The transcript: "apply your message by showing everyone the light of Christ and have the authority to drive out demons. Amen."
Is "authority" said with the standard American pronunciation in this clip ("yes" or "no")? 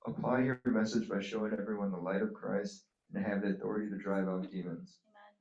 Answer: yes